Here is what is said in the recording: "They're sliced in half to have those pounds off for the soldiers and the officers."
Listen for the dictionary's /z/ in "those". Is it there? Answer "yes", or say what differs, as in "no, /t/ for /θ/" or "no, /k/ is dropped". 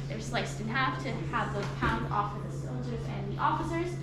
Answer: no, /z/ is dropped